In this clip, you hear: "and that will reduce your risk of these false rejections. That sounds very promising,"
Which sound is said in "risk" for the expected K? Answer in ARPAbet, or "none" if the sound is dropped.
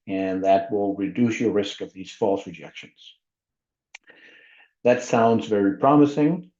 K